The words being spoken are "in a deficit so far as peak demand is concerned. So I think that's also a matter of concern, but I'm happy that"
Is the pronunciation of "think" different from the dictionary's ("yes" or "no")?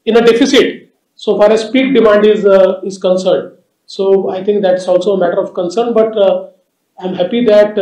yes